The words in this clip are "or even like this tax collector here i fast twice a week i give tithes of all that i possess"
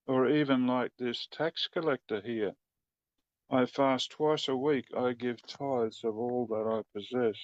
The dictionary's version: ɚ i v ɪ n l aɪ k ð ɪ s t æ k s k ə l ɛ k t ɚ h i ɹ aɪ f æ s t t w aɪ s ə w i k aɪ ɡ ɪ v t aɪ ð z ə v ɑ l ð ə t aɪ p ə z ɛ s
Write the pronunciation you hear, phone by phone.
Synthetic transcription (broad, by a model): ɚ i v ɪ n l aɪ k ð ɪ s t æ k s k ə l ɛ k t ɚ h i ɹ aɪ f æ s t t w aɪ s ə w i k aɪ ɡ ɪ v t aɪ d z ə v ɑ l ð ə t aɪ p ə z ɛ s